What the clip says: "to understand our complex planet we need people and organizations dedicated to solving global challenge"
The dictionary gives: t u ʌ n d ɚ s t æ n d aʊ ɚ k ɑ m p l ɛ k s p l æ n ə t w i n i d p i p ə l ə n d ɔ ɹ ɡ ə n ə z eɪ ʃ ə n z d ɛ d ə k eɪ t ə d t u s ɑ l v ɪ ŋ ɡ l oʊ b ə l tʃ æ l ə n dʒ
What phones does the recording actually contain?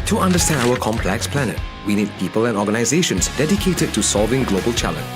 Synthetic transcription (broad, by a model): t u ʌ n d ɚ s t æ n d aʊ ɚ k ɑ m p l ɛ k s p l æ n ə t w i n i d p i p ə l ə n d ɔ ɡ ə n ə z eɪ ʃ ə n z d ɛ d ə k eɪ t ə d t u s ɑ l v ɪ ŋ ɡ l oʊ b ə l tʃ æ l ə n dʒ